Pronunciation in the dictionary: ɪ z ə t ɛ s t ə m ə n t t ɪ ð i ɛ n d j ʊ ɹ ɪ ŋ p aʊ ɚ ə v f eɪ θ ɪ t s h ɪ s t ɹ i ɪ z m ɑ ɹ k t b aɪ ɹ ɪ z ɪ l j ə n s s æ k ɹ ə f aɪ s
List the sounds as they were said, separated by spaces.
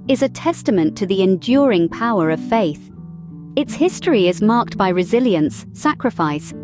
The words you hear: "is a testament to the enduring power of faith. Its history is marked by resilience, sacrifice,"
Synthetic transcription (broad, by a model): ɪ z ə t ɛ s t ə m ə n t t ɪ ð i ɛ n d j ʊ ɹ ɪ ŋ p aʊ ɚ ə v f eɪ θ ɪ t s h ɪ s t ɹ i ɪ z m ɑ ɹ k t b aɪ ɹ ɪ z ɪ l j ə n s s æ k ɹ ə f aɪ s